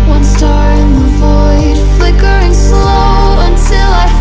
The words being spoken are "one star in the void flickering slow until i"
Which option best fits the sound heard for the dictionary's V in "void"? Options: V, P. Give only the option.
V